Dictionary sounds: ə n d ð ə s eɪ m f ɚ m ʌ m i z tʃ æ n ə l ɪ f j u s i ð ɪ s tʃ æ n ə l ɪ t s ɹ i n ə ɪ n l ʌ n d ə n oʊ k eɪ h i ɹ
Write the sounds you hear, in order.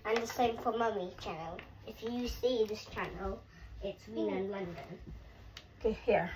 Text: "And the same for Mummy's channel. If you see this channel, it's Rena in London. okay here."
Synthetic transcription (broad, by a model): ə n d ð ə s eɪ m f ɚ m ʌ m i tʃ æ n ə l ɪ f j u s i ð ɪ s tʃ æ n ə l ɪ t s w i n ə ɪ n l ʌ n d ə n oʊ k eɪ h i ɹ